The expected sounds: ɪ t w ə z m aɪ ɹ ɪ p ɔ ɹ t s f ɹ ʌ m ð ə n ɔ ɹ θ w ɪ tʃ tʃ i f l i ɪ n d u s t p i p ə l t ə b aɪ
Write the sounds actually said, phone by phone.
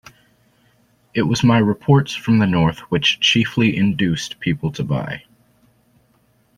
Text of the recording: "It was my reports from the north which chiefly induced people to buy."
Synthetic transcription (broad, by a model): ɪ t w ə z m aɪ ɹ ɪ p ɔ ɹ t s f ɹ ʌ m ð ə n ɔ ɹ θ w ɪ tʃ tʃ i f l i ɪ n d u s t p i p l t ə b aɪ